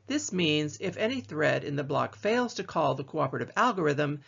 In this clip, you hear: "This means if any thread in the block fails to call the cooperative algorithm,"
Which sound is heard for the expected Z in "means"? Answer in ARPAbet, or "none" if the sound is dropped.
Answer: Z